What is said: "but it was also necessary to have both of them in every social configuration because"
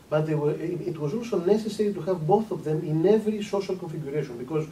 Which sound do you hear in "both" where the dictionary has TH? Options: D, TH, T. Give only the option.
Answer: TH